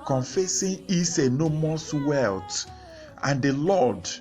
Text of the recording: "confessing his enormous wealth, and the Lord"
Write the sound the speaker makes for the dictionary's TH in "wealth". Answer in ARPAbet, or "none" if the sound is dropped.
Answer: T